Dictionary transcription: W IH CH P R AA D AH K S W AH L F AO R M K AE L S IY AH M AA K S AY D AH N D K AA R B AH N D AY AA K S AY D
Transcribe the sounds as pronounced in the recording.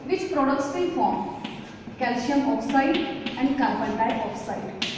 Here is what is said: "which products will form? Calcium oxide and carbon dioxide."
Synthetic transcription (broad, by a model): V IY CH P R AA D AH K S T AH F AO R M K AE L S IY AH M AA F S AY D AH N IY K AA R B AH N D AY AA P S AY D